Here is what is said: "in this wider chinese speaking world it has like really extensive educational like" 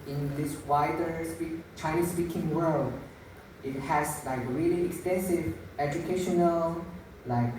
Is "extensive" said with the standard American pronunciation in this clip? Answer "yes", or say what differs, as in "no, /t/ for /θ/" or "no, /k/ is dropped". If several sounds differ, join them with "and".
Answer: yes